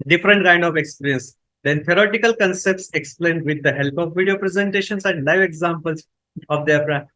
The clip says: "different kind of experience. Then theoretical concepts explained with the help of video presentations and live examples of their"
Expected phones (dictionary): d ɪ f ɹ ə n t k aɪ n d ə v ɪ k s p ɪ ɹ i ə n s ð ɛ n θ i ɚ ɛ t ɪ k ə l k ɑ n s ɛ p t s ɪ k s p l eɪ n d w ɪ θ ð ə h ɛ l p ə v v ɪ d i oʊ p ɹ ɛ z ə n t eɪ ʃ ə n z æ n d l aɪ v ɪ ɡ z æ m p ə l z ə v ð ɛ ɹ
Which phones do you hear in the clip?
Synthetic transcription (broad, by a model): d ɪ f ɹ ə n t k aɪ n d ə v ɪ k s p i ɹ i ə n s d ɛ n t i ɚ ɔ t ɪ k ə l k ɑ n s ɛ p t s ɪ k s p l eɪ n d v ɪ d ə h ɛ l p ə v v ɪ d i oʊ p ɹ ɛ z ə n t eɪ ʃ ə n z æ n d l aɪ v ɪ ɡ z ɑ m p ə l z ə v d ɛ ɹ